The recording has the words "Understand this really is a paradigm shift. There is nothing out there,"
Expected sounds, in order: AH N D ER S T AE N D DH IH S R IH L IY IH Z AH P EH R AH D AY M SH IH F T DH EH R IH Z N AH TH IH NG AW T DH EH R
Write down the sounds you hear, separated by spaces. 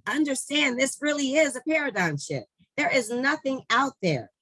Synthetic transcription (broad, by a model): AH N D ER S T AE N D DH IH S R IH L IY IH Z AH P EH R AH D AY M SH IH T DH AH R IH Z N AH TH IH NG AW T DH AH R